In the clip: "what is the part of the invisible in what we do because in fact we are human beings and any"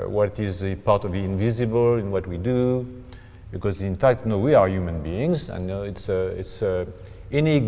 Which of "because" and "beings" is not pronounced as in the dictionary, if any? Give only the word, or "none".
none